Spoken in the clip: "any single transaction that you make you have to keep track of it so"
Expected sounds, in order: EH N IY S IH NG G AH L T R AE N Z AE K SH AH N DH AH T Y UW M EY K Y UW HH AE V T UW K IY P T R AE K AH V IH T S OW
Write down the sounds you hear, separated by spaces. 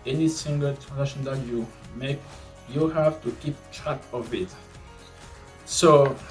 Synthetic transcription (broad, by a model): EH N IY S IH NG G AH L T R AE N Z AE SH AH N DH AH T Y UW M EY K Y UW HH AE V T UW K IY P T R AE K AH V IH T S OW